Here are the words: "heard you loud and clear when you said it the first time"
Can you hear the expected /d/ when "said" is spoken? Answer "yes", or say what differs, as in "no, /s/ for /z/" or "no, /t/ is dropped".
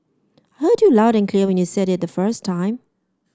yes